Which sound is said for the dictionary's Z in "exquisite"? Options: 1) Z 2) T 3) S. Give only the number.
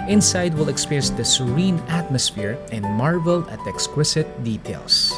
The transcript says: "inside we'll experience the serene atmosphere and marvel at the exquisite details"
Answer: 3